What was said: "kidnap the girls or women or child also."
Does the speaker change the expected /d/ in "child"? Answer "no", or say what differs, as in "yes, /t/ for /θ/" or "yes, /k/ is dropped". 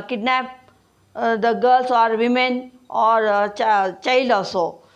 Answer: yes, /d/ is dropped